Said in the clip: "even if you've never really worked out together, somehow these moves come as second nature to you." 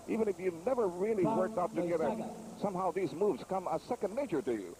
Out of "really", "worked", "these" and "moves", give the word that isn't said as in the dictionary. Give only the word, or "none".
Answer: none